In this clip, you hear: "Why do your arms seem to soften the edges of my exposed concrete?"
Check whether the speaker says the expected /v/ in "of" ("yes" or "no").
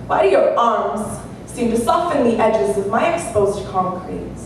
yes